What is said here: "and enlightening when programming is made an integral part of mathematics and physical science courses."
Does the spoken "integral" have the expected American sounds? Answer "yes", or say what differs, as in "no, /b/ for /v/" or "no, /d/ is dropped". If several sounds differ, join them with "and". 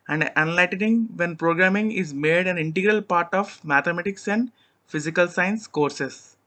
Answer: yes